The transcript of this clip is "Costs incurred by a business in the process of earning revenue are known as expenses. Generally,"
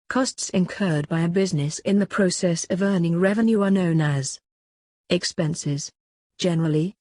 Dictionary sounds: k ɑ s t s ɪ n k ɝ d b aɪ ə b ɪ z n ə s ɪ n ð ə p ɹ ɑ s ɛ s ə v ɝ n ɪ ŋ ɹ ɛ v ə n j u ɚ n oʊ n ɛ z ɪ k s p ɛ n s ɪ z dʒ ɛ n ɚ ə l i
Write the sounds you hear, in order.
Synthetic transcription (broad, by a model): k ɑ s t s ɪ n k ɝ d b aɪ ə b ɪ z n ə s ɪ n ð ə p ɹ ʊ s ɛ s ə v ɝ n ɪ ŋ ɹ ɛ v ə n j u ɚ n oʊ n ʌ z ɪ k s p ɛ n s ɪ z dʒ ɛ n ɚ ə l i